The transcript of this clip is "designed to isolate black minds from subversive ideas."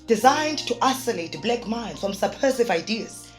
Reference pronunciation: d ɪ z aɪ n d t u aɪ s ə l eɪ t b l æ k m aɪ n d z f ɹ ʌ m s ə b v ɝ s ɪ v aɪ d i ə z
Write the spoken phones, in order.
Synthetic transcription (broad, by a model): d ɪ z aɪ n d t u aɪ s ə l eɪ t b l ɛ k m aɪ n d f ɹ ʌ m s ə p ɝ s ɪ v aɪ d i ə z